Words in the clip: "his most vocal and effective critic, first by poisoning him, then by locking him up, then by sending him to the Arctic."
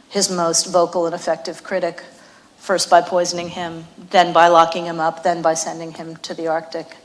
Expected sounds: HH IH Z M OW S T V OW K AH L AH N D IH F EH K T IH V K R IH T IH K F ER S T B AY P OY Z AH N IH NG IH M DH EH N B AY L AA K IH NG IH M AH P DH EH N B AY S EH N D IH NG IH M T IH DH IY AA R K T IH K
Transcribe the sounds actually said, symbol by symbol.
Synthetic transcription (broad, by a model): HH IH Z M OW S T V OW K L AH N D IH F EH K T IH V K R IH T IH K F ER S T B AY P OY Z AH N IH NG IH M DH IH N B AY L AA K IH NG IH M AH P DH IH N B AY S EH N D IH NG IH M T IH DH IY AA R K T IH K